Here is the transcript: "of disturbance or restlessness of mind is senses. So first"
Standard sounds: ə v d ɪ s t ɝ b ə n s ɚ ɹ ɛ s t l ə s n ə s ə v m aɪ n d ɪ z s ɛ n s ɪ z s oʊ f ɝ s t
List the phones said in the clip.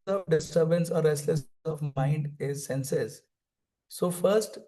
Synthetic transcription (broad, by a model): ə d ɪ s t ɝ b ə n s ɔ ɹ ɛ s t l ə s ə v m aɪ n d ɪ z s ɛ n s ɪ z s oʊ f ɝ s t